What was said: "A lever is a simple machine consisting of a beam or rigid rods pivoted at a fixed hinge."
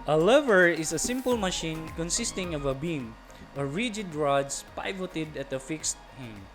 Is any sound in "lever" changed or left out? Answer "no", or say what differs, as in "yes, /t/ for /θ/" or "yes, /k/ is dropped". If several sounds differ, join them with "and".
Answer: no